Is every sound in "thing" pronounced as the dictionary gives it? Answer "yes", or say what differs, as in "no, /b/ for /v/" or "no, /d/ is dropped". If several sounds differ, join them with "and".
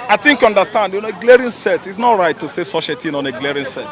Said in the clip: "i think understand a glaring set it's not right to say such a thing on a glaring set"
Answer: no, /t/ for /θ/